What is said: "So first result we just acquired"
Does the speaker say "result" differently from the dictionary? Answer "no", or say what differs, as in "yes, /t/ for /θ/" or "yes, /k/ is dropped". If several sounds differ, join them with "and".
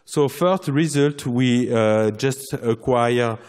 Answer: no